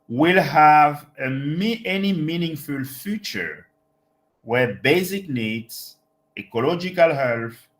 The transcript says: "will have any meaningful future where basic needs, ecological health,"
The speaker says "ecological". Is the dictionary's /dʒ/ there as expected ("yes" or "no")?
yes